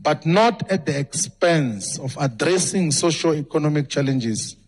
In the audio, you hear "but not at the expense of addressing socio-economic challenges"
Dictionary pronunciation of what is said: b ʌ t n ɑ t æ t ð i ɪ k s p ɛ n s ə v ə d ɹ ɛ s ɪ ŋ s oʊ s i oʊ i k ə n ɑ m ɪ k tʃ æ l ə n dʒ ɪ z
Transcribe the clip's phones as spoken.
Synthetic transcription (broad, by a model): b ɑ t n ɑ t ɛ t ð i ɪ k s p ɛ n s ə f ə d ɹ ɛ s ɪ ŋ s oʊ ʃ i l i k ə n ɑ m ɪ k tʃ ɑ l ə n dʒ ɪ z